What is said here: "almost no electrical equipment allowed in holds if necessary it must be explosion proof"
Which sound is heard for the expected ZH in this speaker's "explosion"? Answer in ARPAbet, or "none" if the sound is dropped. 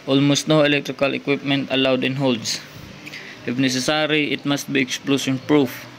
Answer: S